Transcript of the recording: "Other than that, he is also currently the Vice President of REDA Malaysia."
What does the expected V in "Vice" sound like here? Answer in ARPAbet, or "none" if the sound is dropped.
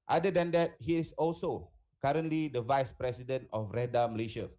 V